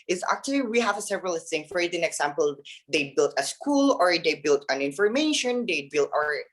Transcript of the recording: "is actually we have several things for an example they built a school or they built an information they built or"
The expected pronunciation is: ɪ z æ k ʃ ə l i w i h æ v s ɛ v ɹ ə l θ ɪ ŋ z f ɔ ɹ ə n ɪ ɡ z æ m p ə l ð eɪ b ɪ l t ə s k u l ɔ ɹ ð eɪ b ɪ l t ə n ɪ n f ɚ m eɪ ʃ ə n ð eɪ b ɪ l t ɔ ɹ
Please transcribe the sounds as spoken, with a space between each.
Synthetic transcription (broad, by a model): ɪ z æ k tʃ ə l i w i h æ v s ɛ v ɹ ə l t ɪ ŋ f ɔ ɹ ə n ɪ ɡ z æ m p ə l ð eɪ b ɪ l t ə s k u l ɔ ɹ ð eɪ b ɪ l t ə n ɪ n f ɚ m eɪ ʃ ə n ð eɪ b ɪ l t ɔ ɹ